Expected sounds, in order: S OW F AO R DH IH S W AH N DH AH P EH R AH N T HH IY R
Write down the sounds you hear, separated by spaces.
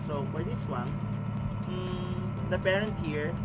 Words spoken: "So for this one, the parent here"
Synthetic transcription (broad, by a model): S OW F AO R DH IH S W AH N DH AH P EH R AH N T HH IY R